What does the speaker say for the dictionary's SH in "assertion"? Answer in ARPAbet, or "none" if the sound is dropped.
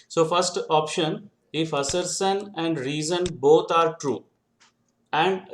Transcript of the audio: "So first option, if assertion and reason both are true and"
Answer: S